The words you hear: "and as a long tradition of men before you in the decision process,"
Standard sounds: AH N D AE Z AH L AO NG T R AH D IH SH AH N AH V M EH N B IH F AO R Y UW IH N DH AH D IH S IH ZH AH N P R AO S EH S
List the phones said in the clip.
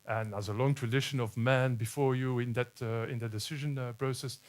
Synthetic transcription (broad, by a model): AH N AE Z AH L AO NG T R AH D IH SH AH N AH V M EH N B IH F AO R Y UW IH N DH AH D IH S IH ZH AH N P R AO S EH S